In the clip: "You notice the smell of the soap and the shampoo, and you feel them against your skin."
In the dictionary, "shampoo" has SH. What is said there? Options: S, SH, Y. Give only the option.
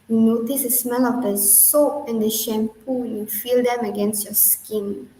SH